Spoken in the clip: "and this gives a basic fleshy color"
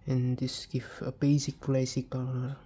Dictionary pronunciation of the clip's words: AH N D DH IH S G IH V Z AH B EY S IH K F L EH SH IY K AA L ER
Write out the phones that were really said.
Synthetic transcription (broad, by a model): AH N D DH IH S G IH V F AH B EY S IH K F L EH S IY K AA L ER